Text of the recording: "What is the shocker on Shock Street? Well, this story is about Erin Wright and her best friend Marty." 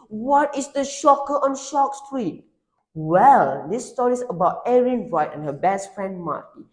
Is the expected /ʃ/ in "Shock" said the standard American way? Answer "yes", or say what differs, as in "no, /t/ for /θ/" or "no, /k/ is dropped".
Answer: yes